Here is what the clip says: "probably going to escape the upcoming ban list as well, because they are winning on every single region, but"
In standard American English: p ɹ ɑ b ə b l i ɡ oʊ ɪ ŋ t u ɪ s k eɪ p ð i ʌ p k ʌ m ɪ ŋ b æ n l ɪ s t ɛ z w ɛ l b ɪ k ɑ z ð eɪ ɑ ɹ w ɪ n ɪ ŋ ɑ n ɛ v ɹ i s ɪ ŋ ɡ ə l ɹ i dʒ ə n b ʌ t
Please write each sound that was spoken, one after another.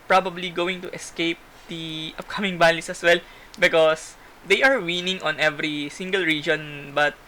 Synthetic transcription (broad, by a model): p ɹ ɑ b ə b l i ɡ oʊ ɪ ŋ t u ɪ s k eɪ p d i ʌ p k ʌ m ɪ ŋ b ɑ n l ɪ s ʌ s w ɛ l b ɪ k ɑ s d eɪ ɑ ɹ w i n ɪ ŋ ɑ n ɛ v ɹ i s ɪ ŋ ɡ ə l ɹ i dʒ ə n b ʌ t